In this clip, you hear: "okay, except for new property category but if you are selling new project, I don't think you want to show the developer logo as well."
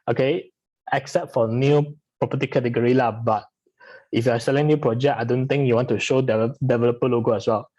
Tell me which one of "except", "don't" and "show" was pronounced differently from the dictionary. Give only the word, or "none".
none